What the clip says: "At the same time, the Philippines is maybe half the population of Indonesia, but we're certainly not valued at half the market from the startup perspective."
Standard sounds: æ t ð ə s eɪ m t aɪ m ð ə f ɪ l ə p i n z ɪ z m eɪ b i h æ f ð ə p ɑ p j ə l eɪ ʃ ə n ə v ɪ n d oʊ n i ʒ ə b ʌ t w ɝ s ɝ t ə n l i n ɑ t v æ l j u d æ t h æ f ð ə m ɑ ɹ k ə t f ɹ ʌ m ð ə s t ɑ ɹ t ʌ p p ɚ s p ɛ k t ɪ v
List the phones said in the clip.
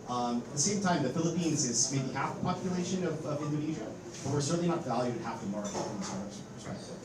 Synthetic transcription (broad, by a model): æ t ð ə s eɪ m t aɪ m ð ə f ɪ l ə p i n z ɪ z m eɪ b i h æ f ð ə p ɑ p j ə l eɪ ʃ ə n ə v ɪ n d oʊ n i ʒ ə b ʌ t w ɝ s ɝ t n l i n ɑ t v æ l j u d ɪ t h æ f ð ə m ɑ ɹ ə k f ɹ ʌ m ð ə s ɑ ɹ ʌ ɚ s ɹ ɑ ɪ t